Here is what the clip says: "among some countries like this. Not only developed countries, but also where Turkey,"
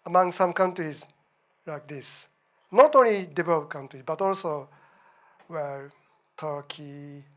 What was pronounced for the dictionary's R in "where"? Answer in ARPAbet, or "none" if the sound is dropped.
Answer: L